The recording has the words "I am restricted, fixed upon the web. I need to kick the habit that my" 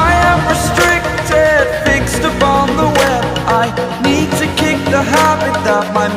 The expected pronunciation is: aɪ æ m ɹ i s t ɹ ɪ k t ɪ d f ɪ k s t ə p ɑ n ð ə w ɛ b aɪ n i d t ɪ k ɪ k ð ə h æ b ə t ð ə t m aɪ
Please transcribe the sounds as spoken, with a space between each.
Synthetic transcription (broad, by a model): aɪ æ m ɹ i s t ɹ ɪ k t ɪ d f ɪ k s t ə p ɑ n ð ə w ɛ aɪ n i d t ɪ k ɪ k ð ə h æ b ə t ð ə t m aɪ